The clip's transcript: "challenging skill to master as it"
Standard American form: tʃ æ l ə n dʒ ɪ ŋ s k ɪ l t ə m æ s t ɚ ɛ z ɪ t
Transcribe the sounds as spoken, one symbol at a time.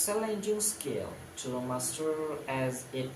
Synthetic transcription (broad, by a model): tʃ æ l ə n dʒ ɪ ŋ s k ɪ l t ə m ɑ s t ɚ ɛ z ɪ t